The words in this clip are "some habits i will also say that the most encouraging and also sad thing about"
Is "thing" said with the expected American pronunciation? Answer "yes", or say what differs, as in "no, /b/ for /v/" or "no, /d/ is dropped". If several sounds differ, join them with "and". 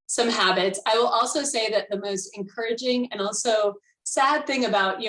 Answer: yes